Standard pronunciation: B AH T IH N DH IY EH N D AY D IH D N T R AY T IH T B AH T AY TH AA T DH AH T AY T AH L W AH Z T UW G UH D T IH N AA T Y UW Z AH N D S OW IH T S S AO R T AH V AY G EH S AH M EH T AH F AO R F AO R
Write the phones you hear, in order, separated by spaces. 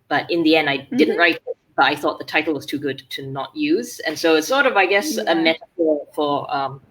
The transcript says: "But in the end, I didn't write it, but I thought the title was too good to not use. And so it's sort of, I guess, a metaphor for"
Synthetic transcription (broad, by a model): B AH T IH N DH IY EH N D AY D IH D N T R AY T IH T B AH T AY TH AA T DH AH T AY T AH L W AH Z T UW G UH D T IH N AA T Y UW Z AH N S OW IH T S S AO R T AH V AY G EH S AH M EH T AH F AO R F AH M